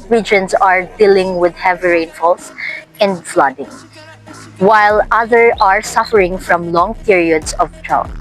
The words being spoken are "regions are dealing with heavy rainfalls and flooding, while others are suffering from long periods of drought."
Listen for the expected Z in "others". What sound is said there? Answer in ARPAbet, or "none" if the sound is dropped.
none